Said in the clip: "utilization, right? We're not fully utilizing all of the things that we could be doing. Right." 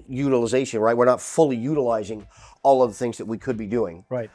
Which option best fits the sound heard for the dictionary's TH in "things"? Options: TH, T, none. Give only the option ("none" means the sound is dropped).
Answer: TH